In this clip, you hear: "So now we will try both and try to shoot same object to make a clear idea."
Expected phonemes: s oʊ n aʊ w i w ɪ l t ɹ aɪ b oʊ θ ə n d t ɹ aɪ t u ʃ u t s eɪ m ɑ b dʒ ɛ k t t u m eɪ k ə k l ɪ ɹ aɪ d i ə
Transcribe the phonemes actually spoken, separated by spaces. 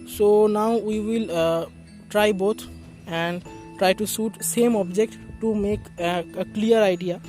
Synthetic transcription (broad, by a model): s oʊ n aʊ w i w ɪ l t ɹ aɪ b oʊ t ə n d t ɹ aɪ t u s u t s eɪ m ɑ b dʒ ɛ k t t u m eɪ k ə k l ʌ ɹ aɪ d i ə